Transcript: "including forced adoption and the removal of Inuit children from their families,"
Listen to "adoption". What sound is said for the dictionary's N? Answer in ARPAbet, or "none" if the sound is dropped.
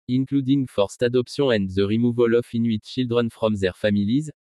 none